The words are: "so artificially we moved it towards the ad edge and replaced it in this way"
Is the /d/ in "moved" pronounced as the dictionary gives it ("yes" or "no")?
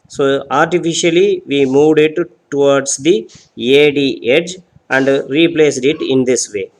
yes